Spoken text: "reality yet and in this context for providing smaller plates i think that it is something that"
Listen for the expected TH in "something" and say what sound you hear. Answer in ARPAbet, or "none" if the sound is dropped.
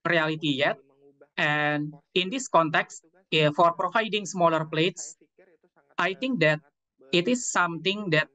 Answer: T